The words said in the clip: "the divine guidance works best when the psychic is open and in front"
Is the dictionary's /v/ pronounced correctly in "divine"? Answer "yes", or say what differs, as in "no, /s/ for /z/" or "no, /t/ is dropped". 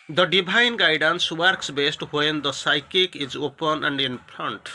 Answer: no, /b/ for /v/